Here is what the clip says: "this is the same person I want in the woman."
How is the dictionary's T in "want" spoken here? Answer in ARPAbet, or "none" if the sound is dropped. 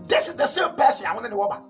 none